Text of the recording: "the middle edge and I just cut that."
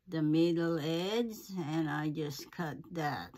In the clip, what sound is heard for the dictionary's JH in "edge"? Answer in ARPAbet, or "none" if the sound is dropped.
Z